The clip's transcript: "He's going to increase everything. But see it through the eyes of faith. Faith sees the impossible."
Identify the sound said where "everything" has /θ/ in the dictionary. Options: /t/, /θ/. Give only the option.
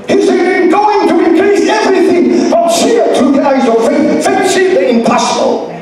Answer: /θ/